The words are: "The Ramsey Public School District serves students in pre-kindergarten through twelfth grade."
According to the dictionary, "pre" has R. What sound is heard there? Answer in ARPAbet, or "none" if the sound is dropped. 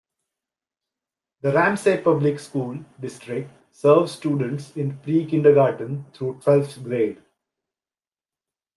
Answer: R